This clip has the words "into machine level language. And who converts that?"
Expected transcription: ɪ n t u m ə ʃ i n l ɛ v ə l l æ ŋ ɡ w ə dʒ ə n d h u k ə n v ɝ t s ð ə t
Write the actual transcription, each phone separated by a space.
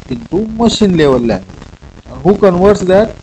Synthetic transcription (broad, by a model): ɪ n t u m ə ʃ i n l ɛ v ə l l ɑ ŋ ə ə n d h u k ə n v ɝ t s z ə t